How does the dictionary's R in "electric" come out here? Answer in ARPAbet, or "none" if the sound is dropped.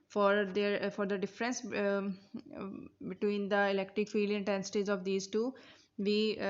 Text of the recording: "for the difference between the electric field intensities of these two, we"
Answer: R